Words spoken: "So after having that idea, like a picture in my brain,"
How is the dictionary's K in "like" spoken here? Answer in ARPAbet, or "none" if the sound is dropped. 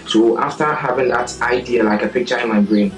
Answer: K